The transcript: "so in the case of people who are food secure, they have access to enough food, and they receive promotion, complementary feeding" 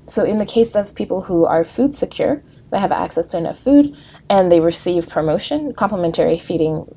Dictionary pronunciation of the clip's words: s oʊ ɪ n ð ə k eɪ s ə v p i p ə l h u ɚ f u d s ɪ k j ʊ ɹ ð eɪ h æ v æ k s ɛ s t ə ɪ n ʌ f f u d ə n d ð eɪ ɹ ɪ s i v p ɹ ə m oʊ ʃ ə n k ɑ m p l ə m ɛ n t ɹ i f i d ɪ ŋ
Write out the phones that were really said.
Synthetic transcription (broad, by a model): s oʊ ɪ n ð ə k eɪ s ə v p i p l h u ɚ f u d s ɪ k j ʊ ɹ ð eɪ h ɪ v æ k s ɛ s t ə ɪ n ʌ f f u d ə n ð eɪ ɹ ɪ s i v p ɹ ə m oʊ ʃ ə n k ɑ m p l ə m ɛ n t ɹ i f i d ɪ ŋ